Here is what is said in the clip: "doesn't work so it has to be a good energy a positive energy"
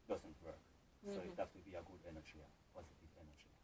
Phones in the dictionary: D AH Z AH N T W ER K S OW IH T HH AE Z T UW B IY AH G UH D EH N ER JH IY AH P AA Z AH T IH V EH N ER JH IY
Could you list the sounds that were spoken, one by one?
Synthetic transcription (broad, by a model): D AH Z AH N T W ER K S OW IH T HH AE S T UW B IY AH G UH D EH N ER JH IY AH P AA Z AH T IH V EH N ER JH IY